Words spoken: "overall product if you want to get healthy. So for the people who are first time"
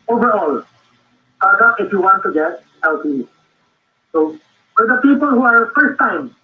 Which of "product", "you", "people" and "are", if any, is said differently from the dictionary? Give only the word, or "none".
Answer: product